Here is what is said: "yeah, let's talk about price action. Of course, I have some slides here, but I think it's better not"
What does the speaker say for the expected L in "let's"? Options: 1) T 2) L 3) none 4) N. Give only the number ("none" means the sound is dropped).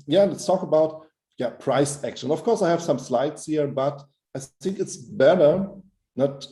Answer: 4